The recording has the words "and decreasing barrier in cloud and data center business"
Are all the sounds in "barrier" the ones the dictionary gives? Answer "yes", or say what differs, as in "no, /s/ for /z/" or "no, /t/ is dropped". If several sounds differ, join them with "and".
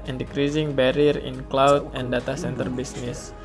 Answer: yes